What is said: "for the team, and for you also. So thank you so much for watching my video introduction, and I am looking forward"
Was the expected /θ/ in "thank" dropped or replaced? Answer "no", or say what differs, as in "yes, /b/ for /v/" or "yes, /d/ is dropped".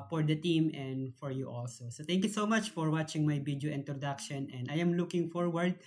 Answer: yes, /t/ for /θ/